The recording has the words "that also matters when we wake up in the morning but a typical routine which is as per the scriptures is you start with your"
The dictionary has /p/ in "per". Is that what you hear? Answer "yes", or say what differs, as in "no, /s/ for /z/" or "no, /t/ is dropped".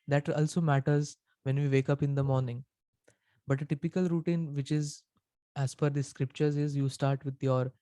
no, /f/ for /p/